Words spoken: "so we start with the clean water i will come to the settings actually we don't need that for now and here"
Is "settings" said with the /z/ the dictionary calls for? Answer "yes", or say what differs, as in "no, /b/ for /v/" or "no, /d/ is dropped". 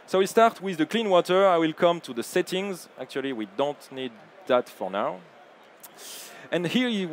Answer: yes